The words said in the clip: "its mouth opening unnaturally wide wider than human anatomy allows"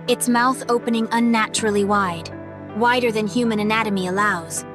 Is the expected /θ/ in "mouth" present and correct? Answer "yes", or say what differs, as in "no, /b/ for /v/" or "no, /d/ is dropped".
yes